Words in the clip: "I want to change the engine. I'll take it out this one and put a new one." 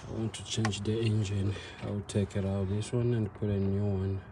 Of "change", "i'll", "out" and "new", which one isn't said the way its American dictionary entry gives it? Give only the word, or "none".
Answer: i'll